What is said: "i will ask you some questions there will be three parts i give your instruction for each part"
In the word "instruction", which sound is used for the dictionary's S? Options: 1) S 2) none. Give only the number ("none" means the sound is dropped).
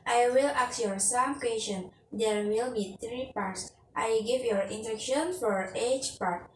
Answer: 2